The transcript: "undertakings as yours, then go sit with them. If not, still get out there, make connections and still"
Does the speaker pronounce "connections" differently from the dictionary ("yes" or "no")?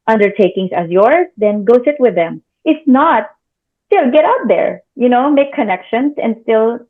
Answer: yes